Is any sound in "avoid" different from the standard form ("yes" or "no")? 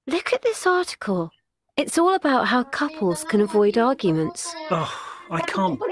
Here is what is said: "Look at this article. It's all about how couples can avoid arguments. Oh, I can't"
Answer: no